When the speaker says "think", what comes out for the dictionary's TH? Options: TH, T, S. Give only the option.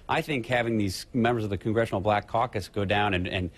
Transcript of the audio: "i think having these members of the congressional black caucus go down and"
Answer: TH